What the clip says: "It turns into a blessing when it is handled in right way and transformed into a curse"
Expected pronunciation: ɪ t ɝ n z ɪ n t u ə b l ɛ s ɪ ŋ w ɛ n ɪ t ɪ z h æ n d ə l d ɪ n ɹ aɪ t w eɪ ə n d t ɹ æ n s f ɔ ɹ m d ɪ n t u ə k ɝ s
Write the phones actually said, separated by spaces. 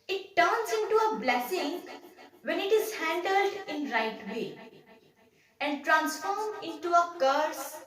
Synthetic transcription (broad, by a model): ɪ t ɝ n s ɪ n t u ə b l ɛ s ɪ ŋ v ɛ n ɪ t ɪ z h æ n d ə l d ɪ n ɹ aɪ t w eɪ ə n d t ɹ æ n s f ɔ ɹ m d ɪ n t u ə k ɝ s